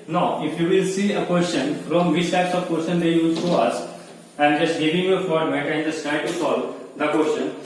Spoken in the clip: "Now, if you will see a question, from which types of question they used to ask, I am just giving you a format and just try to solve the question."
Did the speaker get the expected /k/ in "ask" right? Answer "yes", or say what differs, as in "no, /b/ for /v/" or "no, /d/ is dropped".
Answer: no, /k/ is dropped